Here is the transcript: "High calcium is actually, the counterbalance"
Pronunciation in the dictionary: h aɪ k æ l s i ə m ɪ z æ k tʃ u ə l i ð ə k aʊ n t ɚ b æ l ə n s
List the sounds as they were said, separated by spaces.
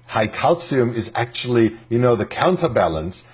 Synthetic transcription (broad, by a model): h aɪ k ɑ l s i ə m ɪ z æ k tʃ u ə n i ð ə k aʊ n t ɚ b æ l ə n s